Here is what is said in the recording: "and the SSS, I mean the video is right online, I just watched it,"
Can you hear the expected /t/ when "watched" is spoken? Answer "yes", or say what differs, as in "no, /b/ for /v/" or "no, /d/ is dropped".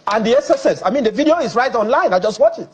no, /t/ is dropped